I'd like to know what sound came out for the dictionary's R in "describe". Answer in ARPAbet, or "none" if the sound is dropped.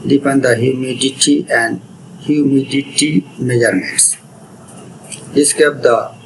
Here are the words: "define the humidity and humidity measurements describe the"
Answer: none